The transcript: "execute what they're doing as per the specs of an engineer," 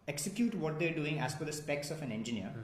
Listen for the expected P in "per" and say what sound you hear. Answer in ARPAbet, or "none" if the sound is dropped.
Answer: F